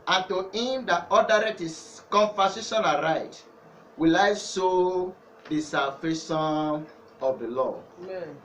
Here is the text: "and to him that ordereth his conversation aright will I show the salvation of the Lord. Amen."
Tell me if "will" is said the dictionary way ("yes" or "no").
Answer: yes